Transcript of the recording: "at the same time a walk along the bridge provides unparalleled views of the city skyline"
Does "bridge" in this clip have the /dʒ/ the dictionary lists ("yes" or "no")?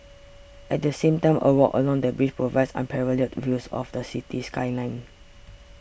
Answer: no